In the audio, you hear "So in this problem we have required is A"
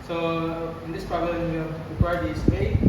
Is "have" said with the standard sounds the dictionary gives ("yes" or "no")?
no